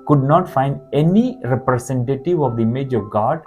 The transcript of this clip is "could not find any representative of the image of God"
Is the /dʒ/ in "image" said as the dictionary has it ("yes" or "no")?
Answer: yes